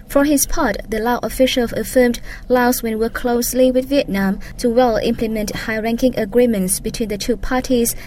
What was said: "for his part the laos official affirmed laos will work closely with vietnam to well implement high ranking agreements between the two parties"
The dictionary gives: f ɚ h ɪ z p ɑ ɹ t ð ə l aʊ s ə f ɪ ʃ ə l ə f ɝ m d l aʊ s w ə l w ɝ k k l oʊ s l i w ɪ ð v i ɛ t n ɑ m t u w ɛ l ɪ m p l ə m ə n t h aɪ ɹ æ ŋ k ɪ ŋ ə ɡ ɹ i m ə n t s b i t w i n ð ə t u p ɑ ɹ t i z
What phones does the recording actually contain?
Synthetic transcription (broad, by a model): f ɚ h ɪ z p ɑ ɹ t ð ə l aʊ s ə f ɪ ʃ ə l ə f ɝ m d l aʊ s w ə n w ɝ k k l oʊ s l i w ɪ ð v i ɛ t n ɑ m t u w ɛ l ɪ m p l ə m ə n t h aɪ ɹ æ ŋ k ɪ ŋ ə ɡ ɹ i m ə n t s b i t w i n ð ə t u p ɑ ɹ t i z